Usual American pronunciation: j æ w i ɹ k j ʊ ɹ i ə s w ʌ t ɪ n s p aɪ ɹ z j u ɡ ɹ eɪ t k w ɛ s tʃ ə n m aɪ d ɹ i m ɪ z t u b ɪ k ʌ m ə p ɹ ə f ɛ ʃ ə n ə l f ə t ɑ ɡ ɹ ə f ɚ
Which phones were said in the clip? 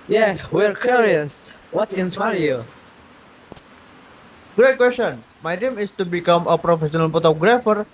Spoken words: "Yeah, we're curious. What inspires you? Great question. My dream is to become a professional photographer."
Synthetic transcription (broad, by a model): j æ w i ɹ k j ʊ ɹ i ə s w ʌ t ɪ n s aɪ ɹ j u ɡ ɹ eɪ t k w ɛ s tʃ ə n m aɪ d i m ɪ s t u b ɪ k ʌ m ə p ɹ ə f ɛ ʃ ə n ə l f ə t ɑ ɡ ɹ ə f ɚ